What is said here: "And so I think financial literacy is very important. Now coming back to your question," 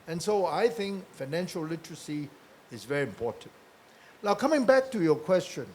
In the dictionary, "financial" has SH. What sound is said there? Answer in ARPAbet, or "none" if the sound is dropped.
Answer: SH